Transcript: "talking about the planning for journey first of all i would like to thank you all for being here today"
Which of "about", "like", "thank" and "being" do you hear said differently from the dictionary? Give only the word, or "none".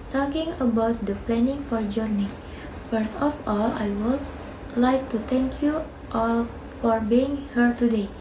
thank